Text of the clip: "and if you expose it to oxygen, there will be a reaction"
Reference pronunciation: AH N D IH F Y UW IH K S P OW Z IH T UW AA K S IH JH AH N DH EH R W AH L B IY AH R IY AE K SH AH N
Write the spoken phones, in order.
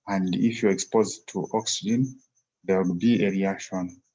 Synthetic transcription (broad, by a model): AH N D IH F Y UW IH K S P OW Z T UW AA K S IH JH AH N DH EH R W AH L B IY AH R IY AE K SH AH N